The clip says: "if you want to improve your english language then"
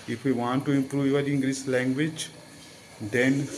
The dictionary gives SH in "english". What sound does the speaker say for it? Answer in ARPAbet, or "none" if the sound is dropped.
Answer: S